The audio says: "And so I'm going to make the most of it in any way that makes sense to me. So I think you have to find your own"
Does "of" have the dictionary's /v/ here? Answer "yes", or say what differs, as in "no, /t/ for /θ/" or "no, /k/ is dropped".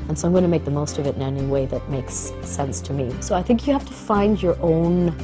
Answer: yes